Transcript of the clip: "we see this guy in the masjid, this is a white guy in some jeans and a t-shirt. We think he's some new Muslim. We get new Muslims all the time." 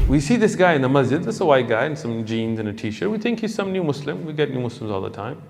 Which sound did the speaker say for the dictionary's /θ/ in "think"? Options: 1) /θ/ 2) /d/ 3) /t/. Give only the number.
1